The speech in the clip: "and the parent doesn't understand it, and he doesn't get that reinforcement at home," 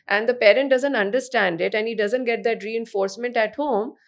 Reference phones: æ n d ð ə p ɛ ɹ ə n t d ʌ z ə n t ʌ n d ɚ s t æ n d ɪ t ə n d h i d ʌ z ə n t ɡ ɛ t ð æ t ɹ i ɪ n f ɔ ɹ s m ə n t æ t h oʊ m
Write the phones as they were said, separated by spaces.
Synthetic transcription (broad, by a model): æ n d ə p ɛ ɹ ə n t d ʌ z ə n t ʌ n d ɚ s t æ n d ɪ t ə n d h i d ʌ z ə n t ɡ ɛ t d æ t ɹ i ɪ n f ɔ ɹ s m ə n t æ t h oʊ m